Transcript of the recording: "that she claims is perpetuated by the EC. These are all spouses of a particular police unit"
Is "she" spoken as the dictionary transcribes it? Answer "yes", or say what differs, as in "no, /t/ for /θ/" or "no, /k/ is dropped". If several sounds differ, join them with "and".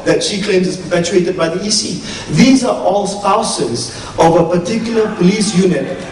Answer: yes